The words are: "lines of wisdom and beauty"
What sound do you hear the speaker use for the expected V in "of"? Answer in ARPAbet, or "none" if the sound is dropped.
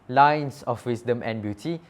F